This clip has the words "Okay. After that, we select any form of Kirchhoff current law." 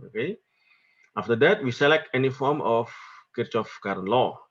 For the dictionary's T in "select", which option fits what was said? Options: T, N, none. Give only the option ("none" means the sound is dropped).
T